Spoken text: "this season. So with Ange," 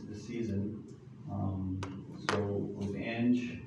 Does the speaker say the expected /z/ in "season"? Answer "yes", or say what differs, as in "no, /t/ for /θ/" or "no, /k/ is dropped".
yes